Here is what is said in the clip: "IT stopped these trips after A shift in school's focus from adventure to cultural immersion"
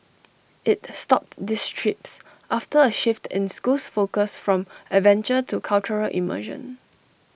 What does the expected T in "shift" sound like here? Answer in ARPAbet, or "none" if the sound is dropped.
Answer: T